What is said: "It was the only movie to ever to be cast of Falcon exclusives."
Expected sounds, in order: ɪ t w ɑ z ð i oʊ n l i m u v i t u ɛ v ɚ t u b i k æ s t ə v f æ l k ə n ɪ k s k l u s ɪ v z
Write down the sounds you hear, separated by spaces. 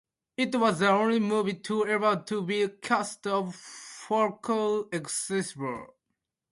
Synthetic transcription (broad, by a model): ɪ t w ɑ z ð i oʊ n l i m u v i t u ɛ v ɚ t u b i k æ s t ə v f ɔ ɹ k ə ɪ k s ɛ s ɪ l